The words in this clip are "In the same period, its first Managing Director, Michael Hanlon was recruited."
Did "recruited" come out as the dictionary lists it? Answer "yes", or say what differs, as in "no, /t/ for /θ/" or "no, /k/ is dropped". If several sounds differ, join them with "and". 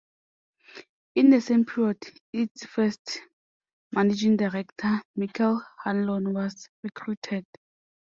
yes